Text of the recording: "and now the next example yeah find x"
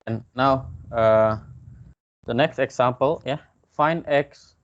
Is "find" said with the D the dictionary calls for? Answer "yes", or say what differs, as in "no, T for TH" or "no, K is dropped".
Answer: no, D is dropped